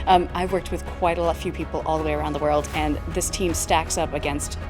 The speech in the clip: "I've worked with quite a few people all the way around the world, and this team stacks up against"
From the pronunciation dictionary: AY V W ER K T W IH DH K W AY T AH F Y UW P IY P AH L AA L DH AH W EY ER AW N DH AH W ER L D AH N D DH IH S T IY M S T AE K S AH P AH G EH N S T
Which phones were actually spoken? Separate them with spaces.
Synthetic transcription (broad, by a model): AY V W ER K T W IH DH K W AY T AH F Y UW P IY P L AA L DH AH W EY ER AW N DH AH W ER L D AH N DH IH S T IY M S T AE K S AH P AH G EH N S T